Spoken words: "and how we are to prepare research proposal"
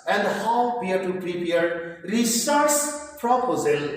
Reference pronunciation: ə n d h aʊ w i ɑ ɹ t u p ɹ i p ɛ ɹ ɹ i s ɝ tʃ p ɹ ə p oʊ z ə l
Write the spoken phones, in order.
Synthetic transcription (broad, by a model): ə n d h aʊ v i ɑ ɹ t u p ɹ i p ɛ ɹ ɹ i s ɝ s p ɹ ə p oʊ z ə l